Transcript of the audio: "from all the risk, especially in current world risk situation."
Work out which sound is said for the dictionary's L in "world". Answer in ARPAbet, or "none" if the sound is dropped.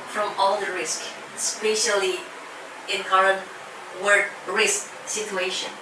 none